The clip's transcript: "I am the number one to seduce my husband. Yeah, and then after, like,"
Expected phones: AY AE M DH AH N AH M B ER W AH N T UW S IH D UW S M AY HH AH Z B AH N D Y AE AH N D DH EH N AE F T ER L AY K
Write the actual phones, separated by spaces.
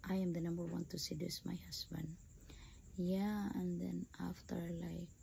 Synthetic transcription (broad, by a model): AY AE M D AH N AH M B ER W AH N T UW S IH D UW S M AY HH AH S B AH N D Y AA AH N D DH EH N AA F T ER L AY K